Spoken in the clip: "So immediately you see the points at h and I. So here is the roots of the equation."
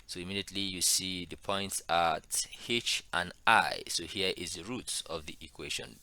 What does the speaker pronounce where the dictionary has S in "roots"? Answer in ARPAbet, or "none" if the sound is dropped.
S